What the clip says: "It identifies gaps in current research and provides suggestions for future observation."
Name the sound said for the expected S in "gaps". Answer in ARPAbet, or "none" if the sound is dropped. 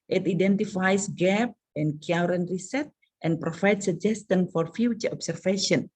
none